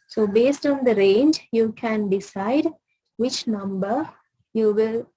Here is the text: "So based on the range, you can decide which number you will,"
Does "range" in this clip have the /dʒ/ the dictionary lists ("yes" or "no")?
yes